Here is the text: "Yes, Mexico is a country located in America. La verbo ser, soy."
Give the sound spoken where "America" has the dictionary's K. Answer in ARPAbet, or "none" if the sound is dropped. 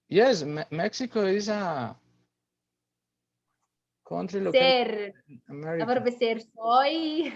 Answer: none